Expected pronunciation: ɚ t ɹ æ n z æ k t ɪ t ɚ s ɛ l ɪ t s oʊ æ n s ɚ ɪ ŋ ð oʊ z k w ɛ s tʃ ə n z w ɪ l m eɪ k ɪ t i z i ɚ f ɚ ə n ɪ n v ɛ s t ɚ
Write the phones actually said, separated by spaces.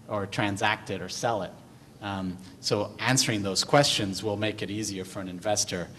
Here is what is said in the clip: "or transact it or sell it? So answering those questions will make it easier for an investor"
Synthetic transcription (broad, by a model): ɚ t ɹ æ n z æ k t ɪ t ɚ s ɛ l ɪ t s oʊ æ n s ɚ ɪ ŋ ð oʊ z k w ɛ s tʃ ə n z w ɪ l m eɪ k ɪ t i z i ɚ f ɚ ə n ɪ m v ɛ s t ɚ